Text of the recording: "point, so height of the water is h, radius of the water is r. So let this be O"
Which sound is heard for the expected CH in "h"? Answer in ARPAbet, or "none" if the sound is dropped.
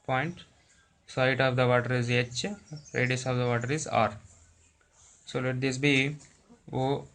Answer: CH